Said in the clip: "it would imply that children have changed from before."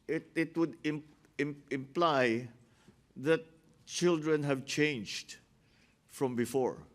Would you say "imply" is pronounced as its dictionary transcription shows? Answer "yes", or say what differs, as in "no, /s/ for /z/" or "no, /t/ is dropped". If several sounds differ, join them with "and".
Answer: yes